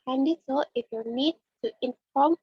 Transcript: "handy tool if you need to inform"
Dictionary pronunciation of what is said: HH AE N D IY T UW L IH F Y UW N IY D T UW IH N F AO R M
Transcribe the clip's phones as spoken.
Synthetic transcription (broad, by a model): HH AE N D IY S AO IH F Y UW N IY D T UW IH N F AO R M